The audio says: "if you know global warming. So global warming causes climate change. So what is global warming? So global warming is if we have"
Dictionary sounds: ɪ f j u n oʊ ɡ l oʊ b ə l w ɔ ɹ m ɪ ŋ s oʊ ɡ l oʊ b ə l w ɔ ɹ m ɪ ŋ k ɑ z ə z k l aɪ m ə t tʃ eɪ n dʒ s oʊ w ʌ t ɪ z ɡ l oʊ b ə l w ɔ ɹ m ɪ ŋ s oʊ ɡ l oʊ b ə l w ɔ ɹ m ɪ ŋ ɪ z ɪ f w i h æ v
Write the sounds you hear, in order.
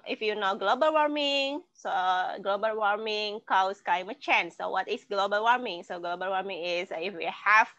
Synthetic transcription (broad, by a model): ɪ f j u n oʊ ɡ l oʊ b ə l w ɔ ɹ m ɪ ŋ s oʊ ɡ l oʊ b ə l w ɔ ɹ m ɪ ŋ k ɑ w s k aɪ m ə tʃ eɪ n s oʊ w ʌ t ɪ s ɡ l oʊ b ə l w ɔ ɹ m ɪ ŋ s oʊ ɡ l oʊ b ə l w ɔ ɹ m ɪ ŋ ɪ s ɪ f w i h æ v